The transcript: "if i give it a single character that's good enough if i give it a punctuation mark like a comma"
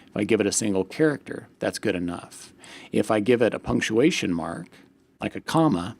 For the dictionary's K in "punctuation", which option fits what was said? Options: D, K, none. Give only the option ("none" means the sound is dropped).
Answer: K